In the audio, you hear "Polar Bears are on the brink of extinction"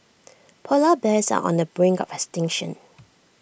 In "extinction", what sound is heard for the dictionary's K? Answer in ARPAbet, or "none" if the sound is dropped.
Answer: none